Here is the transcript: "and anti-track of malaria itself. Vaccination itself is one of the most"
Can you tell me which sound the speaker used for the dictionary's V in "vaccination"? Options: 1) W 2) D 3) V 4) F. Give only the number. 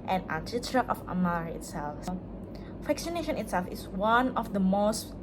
4